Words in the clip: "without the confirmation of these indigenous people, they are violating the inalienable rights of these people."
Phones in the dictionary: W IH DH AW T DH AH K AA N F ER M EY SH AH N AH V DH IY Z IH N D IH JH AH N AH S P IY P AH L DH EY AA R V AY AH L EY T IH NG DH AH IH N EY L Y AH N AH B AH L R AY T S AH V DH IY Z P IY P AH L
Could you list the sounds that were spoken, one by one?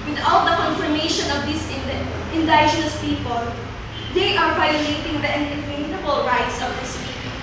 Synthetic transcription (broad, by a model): W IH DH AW T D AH K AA N F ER M EY SH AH N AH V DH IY S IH N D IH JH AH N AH S P IY P AH L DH EY AA R V AY AH L EY T IH NG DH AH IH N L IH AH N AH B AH L R AY T S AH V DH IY S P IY